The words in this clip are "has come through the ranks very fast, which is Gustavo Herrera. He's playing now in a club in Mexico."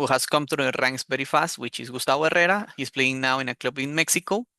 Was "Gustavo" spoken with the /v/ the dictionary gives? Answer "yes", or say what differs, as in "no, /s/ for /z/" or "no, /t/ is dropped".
no, /b/ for /v/